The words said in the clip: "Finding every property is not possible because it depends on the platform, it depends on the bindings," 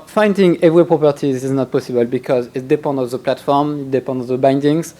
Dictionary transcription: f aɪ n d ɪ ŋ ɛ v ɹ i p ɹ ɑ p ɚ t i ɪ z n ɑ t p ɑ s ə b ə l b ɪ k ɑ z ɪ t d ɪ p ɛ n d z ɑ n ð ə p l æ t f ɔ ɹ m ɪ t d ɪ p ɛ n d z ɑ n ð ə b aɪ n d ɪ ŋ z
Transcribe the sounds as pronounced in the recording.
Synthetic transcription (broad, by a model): f aɪ n d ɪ ŋ ɛ v ɹ i p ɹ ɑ p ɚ t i ɪ z n ɑ t p ɑ s ə b ə l b ɪ k ɑ z ɪ t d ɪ p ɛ n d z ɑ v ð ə p l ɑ t f ɔ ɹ m ɪ t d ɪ p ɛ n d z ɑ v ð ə b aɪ n d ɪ ŋ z